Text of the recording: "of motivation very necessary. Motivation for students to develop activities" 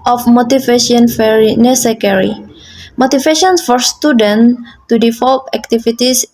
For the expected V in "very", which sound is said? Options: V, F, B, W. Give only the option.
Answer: F